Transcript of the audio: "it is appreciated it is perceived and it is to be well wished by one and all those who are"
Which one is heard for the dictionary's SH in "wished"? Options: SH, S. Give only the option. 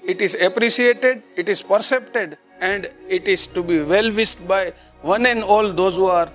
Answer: S